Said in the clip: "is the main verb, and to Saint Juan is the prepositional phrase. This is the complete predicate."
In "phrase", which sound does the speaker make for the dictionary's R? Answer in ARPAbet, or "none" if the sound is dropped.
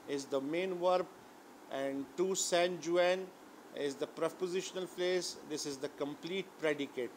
L